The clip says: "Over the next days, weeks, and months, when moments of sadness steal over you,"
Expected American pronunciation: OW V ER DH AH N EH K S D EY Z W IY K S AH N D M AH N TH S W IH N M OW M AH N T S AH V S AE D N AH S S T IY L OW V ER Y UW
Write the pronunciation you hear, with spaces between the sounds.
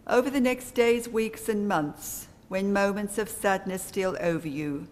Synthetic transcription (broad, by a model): OW V ER DH AH N EH K S D EY Z W IY K S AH N M AH N TH S W IH N M OW M AH N T S AH V S AE D N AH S S T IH L OW V ER Y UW